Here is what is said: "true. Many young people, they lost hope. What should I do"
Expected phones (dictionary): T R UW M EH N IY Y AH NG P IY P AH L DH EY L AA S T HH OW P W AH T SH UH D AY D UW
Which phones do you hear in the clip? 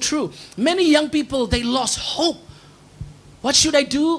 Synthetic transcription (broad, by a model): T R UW M EH N IY Y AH NG P IY P AH L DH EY L AA S T HH OW P W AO T SH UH D AY D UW